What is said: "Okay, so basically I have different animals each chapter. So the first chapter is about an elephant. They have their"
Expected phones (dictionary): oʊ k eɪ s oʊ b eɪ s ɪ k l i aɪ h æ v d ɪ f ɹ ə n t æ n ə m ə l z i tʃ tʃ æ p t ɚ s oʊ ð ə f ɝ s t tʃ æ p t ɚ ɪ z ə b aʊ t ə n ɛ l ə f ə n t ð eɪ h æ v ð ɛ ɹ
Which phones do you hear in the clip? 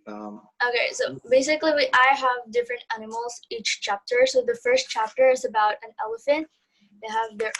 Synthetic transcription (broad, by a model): oʊ k eɪ s oʊ b eɪ s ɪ k l i aɪ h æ v d ɪ f ɹ ə n t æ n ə m l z i tʃ tʃ æ p t ɚ s oʊ ð ə f ɝ s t tʃ æ p t ɚ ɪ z ə b aʊ t ə n ɛ l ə f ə n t ð eɪ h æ v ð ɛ ɹ